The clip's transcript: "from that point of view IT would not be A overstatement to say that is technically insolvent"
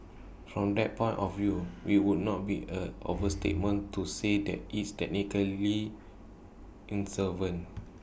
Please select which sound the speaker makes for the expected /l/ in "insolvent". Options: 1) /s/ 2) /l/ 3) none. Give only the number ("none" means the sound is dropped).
3